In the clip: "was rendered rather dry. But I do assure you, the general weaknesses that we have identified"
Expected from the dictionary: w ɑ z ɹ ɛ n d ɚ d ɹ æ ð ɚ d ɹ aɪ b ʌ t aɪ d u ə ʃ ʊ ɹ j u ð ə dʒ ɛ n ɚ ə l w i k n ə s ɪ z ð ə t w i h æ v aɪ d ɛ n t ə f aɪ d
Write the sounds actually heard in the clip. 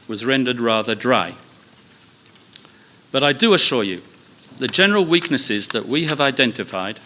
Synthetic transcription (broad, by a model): w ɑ z ɹ ɛ n d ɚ d ɹ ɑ ð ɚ d ɹ aɪ b ʌ t aɪ d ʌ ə ʃ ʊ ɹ j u ð ə dʒ ɛ n ɚ ə l w i k n ə s ɪ z ð ə t w i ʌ v aɪ d ɛ n t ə f aɪ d